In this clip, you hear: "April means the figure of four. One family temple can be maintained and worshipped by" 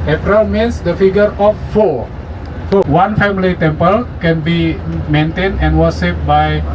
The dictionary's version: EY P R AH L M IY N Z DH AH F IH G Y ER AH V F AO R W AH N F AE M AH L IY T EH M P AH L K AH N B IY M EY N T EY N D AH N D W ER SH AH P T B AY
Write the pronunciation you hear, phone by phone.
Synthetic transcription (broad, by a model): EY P R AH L M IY N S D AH F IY G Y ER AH F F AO W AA N F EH M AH L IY T EH M P AH L K AH N B IY M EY N T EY N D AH N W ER S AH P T B AY